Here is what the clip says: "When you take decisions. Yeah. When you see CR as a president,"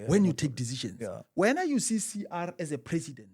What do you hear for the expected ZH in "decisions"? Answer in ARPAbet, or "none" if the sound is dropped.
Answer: SH